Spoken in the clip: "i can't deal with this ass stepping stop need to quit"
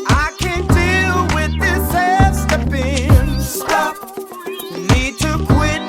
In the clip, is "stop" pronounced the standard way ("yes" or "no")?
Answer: no